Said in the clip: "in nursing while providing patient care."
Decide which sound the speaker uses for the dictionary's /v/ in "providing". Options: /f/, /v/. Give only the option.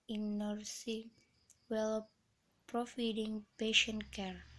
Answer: /f/